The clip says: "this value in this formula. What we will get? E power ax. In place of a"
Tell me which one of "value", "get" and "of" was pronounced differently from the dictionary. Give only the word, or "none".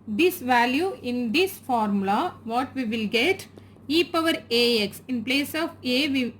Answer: none